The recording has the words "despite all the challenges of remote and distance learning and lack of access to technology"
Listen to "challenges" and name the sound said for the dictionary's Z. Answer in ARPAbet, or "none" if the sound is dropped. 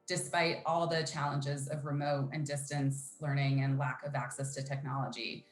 Z